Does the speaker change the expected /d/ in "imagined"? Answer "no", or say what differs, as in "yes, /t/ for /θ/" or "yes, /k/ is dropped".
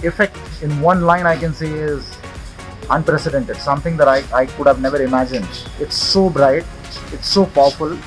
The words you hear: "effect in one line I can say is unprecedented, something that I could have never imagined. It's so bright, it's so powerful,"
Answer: no